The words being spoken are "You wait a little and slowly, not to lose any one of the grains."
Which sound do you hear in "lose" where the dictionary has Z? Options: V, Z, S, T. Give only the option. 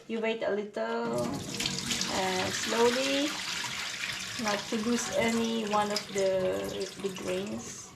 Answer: S